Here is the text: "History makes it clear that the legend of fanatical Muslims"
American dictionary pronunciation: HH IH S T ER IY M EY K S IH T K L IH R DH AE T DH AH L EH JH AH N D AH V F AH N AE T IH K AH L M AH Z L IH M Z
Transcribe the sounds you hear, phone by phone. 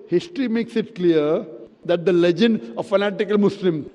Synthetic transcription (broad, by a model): HH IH S T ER IY M EY K S IH T K L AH R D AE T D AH L EH JH AH N D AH F AH N AE T IH K AH L M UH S L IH M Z